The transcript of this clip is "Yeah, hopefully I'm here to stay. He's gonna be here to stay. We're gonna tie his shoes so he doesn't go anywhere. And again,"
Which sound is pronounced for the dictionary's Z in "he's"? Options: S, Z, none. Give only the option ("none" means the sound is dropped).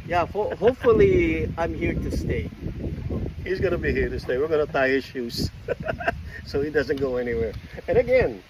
Z